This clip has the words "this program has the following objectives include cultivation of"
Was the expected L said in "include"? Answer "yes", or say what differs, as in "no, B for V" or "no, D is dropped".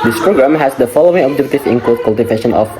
no, L is dropped